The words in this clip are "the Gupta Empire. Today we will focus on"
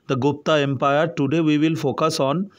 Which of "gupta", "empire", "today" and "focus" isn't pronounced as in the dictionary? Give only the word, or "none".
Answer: none